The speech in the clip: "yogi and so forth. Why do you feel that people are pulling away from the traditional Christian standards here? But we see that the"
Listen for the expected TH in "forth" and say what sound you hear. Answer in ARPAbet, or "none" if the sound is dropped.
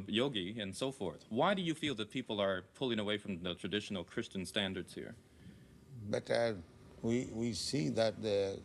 TH